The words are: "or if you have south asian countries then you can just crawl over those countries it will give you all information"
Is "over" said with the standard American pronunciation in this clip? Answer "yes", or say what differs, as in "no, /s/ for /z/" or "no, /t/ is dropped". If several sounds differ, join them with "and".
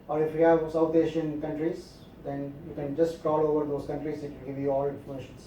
yes